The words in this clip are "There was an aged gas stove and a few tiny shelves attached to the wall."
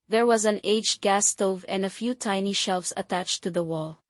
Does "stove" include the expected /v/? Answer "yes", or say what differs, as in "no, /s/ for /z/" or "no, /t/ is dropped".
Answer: yes